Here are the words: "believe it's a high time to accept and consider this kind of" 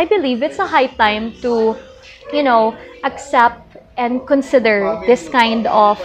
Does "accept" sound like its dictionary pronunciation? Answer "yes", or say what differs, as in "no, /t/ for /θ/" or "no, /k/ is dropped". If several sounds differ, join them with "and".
yes